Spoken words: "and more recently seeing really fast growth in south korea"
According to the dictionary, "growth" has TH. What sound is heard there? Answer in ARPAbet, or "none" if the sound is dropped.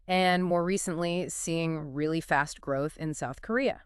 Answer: TH